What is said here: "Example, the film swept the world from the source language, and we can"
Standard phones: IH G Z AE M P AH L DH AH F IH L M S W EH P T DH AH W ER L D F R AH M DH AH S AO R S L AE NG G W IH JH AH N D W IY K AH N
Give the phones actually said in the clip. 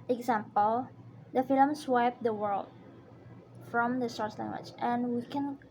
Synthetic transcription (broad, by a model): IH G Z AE M P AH L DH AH F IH L M S W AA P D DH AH W ER L D F R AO M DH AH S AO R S L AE NG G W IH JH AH N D W IY K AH N